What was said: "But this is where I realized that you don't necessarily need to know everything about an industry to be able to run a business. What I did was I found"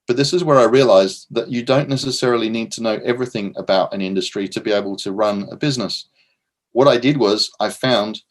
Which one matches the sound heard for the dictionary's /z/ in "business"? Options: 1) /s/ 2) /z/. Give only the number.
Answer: 2